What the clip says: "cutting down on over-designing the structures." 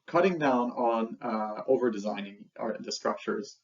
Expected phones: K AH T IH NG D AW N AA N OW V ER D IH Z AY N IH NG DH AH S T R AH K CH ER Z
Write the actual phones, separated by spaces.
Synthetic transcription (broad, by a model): K AH T IH NG D AW N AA N OW V ER D IH Z AY N IH NG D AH S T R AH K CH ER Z